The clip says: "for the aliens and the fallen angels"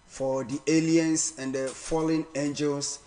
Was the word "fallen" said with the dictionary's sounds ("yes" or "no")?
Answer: yes